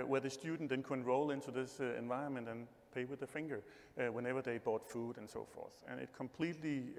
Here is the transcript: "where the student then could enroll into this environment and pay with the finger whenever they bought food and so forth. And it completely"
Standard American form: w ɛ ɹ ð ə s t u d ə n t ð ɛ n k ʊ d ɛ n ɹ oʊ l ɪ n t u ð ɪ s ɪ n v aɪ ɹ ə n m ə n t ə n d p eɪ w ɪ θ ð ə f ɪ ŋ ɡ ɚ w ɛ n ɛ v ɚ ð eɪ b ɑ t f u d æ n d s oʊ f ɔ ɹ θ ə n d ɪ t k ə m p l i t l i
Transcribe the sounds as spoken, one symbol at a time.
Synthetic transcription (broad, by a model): w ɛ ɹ ð ə s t u d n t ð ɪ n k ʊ ɛ n ɹ oʊ l ɪ n t u ð ɪ s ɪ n v aɪ ɹ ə n m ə n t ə n p eɪ w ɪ ð ə f ɪ ŋ ɡ ɚ w ɛ n ɛ v ɚ ð eɪ b ɑ t f u d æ n s oʊ f ɔ ɹ θ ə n ɪ t k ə m p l i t l i